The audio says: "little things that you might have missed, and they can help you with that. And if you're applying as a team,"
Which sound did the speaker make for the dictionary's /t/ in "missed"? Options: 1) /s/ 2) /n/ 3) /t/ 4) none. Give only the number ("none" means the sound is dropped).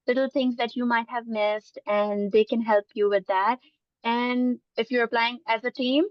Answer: 3